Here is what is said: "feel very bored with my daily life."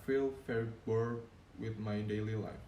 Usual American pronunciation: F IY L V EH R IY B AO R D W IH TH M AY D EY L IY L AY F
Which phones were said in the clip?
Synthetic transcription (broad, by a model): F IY L F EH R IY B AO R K W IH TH M AY D EY L IY L AY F